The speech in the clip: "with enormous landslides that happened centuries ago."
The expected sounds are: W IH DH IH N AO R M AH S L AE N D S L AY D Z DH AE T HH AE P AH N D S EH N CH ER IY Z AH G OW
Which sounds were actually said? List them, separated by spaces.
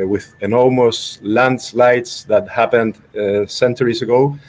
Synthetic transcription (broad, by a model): W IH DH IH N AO L M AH S L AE N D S L AY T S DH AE T HH AE P AH N D S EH N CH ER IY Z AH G OW